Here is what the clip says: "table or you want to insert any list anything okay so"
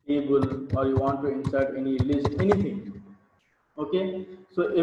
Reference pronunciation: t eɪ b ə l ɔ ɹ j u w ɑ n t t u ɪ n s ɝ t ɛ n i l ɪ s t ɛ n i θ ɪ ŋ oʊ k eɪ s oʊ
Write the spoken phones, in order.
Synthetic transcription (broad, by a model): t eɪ b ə l ɔ ɹ j u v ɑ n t t u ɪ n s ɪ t ɛ n i l ɪ s t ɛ n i t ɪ ŋ oʊ k eɪ s oʊ